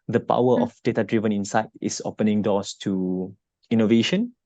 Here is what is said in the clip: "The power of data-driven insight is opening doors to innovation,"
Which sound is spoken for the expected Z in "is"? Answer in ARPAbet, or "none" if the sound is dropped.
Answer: S